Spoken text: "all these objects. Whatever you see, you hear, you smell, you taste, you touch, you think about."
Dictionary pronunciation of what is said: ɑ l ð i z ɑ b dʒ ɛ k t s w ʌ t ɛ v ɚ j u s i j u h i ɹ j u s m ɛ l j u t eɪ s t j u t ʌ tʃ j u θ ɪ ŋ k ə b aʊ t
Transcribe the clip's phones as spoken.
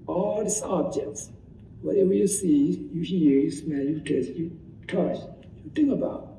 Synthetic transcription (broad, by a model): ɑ l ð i s ɑ b dʒ ɛ k t s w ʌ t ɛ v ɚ j u s i j u h i ɹ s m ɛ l j u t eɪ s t j u t ʌ tʃ j u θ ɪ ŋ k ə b aʊ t